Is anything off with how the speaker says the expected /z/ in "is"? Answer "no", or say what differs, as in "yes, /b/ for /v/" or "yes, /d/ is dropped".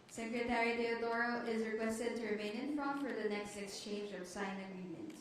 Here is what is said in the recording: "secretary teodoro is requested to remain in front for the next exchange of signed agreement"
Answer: no